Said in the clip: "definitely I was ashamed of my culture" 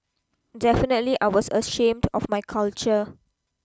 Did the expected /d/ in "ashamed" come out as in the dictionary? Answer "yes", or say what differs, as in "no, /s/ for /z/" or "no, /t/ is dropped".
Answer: yes